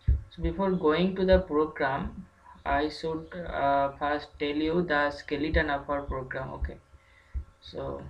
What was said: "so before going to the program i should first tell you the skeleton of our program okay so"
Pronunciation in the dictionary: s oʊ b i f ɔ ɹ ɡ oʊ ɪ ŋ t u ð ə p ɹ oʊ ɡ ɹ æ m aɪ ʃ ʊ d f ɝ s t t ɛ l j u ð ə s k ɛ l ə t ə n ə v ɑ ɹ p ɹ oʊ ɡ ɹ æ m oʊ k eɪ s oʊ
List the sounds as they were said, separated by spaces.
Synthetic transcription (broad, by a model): s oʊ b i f ɔ ɹ ɡ oʊ ɪ ŋ t u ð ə p ɹ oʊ ɡ ɹ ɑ m aɪ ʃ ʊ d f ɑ s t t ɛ l j u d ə s k ɛ l ə t ə n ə p ɑ ɹ p ɹ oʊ ɡ ɹ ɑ m oʊ k eɪ s oʊ